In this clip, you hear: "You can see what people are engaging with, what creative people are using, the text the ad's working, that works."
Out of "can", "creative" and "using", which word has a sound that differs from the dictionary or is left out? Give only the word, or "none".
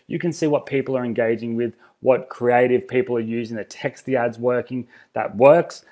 none